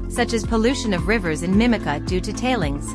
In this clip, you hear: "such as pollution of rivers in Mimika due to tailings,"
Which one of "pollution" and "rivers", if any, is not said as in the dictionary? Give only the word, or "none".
none